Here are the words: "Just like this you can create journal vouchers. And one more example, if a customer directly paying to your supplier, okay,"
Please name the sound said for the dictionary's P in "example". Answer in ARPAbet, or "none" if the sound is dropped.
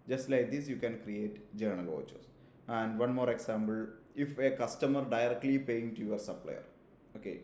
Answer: B